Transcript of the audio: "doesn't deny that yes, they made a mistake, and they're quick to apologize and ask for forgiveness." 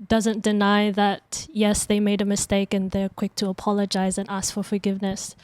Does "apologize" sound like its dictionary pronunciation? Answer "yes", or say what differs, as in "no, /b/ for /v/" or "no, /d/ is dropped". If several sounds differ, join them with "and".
yes